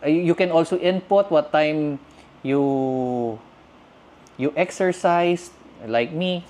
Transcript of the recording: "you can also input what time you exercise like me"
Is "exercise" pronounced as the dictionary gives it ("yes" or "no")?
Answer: no